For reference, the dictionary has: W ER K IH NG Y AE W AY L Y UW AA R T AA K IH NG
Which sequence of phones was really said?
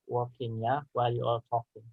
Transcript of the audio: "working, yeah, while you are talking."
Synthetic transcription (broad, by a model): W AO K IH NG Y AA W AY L Y UW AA L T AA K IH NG